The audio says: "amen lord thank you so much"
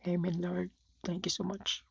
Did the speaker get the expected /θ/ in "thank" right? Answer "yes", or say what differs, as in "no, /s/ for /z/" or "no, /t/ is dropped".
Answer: no, /t/ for /θ/